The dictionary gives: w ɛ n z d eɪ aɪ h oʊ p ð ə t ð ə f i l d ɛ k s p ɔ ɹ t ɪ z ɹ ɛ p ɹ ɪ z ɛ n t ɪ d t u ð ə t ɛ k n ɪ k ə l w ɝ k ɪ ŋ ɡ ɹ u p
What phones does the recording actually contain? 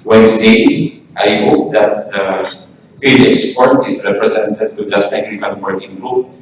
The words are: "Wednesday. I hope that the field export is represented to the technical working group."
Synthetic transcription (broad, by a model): w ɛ n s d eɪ aɪ h oʊ p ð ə t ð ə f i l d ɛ s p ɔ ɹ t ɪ s ɹ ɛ p ɹ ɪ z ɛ n t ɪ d t u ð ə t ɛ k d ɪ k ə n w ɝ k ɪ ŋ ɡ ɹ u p